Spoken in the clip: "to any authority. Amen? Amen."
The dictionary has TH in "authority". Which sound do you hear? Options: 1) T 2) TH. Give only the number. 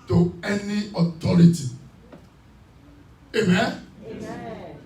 1